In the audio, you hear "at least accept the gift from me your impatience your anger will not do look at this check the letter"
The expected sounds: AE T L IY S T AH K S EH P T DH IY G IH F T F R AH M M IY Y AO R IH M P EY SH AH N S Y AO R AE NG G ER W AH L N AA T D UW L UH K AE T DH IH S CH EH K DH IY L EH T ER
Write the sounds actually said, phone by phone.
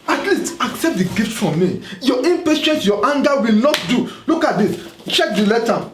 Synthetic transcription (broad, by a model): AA T L IY S T AH K S EH P T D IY G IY F T F R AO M M IY Y AO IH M P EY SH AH N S Y AO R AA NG G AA W AH L N AA T D UW L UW K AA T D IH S CH EH K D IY L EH T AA